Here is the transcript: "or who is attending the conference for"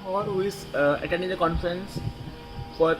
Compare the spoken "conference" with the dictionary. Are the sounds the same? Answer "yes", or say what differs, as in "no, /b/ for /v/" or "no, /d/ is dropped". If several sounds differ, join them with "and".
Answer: yes